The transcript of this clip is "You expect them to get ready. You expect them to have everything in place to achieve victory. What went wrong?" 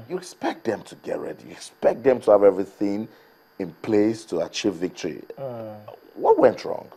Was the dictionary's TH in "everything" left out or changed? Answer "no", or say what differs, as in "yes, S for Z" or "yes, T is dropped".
no